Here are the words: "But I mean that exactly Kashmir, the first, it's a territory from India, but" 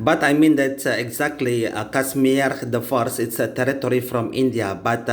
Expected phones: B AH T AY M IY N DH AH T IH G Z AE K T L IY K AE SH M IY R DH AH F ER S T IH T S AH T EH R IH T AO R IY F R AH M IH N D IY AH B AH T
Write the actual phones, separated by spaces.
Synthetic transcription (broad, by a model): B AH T AY M IY N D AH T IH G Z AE K T L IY K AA S M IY R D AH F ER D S IH T S AH T EH R IH T AO R IY F R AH M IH N D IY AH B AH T